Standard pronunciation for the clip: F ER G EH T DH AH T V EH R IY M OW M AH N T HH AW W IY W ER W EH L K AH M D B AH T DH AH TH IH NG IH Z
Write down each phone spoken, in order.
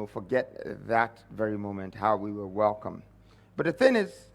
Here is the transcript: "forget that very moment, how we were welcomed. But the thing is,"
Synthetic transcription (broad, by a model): F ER G EH T DH AH T V EH R IY M OW M AH N T HH AW W IY W ER W EH L K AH M B AH T DH AH TH IH NG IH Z